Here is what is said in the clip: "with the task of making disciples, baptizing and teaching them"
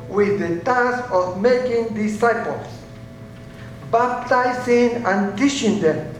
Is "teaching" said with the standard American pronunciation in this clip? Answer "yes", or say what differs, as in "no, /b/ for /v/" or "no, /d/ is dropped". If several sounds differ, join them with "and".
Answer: no, /ʃ/ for /tʃ/